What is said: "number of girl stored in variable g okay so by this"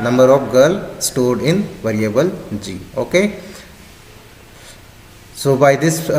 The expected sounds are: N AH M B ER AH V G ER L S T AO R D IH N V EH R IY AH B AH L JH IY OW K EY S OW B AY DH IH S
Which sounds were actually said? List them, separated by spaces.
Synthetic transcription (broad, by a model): N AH M B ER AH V G ER L S T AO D IH N V EH R IY AH B AH L JH IY OW K EY S OW B AY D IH S